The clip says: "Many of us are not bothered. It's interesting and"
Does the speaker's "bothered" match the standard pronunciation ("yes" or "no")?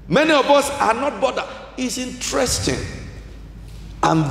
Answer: no